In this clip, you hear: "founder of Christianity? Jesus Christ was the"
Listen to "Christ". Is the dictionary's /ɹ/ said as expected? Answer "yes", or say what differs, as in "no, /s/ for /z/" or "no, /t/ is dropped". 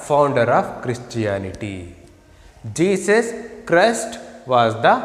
yes